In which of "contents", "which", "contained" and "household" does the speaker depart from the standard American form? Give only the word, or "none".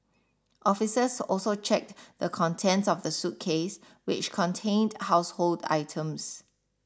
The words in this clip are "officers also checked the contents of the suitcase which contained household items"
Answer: none